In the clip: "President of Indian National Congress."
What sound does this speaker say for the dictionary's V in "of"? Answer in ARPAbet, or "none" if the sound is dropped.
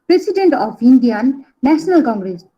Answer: P